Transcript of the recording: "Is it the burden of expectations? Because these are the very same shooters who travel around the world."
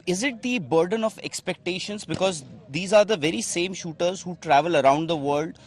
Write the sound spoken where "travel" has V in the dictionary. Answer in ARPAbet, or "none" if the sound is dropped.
V